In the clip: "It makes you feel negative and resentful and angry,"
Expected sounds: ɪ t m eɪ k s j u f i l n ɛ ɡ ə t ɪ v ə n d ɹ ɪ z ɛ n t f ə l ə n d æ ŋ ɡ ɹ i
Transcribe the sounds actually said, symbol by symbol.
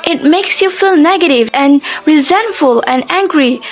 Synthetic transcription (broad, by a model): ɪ t m eɪ k s j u f i l n ɛ ɡ ə t ɪ v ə n ɹ ɪ z ɛ n t f ə l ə n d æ ŋ ɡ ɹ i